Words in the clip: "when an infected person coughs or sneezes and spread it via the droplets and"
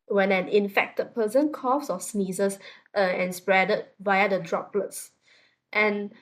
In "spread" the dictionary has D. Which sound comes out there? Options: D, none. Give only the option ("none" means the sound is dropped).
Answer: D